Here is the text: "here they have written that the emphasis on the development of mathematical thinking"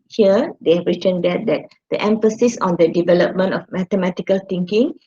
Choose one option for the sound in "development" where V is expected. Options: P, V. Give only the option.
V